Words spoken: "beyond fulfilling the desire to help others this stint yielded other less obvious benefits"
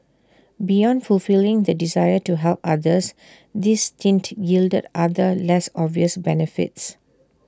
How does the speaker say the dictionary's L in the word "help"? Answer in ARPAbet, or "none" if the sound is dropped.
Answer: L